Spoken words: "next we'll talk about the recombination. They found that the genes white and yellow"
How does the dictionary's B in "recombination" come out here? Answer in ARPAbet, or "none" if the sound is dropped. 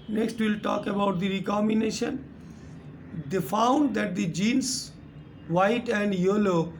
none